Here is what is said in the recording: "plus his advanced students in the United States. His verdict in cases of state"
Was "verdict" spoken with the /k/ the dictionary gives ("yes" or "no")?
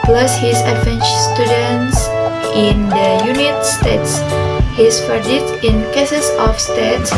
no